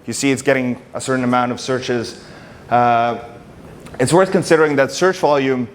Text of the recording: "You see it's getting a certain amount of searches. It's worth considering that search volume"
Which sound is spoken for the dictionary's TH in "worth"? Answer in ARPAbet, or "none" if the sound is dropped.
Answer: TH